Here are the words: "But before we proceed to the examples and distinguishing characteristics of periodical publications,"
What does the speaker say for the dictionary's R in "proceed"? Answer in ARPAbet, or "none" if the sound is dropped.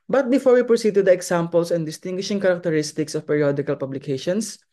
R